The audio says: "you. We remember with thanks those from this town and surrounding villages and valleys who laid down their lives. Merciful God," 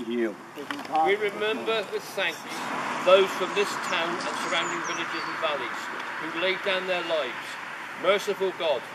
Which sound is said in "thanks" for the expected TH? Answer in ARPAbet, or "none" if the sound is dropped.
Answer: S